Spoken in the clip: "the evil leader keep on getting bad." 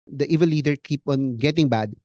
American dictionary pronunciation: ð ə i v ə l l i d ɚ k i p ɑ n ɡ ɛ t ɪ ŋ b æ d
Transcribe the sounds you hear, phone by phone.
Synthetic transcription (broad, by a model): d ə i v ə n l i d ɚ k i p ɑ n ɡ ɛ t ɪ ŋ b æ d